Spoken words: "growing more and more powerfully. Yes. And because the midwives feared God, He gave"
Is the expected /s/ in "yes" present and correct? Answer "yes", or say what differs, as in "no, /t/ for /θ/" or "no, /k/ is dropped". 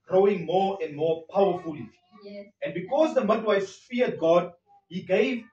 no, /s/ is dropped